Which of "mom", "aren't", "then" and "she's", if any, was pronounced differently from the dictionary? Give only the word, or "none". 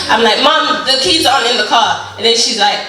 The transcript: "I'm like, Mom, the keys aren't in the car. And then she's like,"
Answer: aren't